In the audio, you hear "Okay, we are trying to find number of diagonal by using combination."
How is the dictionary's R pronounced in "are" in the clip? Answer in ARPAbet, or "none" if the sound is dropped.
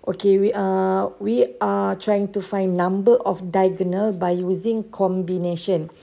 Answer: W